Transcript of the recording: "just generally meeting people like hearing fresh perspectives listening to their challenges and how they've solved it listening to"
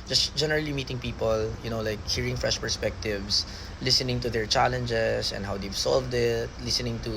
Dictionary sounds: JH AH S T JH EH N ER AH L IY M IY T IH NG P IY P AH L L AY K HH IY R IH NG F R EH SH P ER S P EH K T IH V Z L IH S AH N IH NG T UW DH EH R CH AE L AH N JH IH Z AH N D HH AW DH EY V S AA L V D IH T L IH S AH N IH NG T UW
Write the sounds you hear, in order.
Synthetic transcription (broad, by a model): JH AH S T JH EH N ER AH L IY M IY T IH NG P IY P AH L L AY K HH IY R IH NG F R EH SH P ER S P EH K T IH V S L IH S AH N IH NG T UW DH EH R CH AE L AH N JH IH S AH N D HH AW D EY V S AA L V D IH T L IH S AH N IH NG T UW